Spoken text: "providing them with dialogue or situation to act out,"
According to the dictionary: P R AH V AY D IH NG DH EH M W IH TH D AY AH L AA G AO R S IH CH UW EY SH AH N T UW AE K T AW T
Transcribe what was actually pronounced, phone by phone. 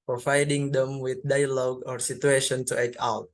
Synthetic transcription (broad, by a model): P R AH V AY D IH NG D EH M W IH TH D AY AH L AA G AO R S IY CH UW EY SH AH N T UW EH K AW T